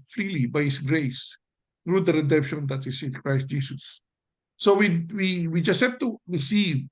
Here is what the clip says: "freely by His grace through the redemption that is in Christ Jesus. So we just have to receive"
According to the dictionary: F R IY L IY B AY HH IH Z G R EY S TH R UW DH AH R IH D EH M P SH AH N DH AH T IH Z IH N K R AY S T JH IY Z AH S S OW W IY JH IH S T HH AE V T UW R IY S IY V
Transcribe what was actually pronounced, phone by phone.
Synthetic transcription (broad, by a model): F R IY L IY B AY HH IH S G R EY S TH R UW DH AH R IH D EH M P SH AH N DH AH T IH S IH N K R AY S T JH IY S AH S S OW W IY JH IH S T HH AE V T UW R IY S IY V